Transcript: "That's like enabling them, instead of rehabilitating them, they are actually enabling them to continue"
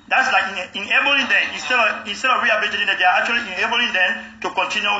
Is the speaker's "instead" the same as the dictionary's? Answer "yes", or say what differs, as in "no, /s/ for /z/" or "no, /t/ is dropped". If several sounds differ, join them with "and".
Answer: yes